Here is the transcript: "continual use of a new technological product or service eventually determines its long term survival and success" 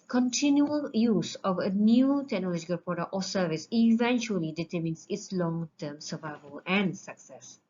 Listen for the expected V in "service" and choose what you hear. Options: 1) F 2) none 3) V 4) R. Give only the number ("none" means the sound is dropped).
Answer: 3